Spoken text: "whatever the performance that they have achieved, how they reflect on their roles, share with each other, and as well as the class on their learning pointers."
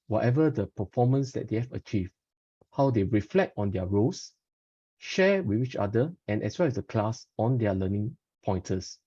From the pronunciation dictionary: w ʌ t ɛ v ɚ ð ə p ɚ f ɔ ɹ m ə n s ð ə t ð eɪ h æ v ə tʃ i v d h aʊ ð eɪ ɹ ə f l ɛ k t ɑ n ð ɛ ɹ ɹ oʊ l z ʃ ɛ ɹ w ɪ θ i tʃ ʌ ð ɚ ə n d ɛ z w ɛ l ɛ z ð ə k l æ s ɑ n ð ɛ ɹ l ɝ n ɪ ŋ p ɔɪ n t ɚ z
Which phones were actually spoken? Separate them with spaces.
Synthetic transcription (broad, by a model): w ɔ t ɛ v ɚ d ə p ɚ f ɔ m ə n s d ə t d eɪ h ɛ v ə tʃ i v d h aʊ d eɪ ɹ ə f l ɛ k t ɑ n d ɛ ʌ ɹ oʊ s ʃ ɛ w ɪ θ i tʃ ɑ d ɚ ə n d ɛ s w ɛ l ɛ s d ə k l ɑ s ɑ n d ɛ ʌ l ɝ n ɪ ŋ p ɔɪ n t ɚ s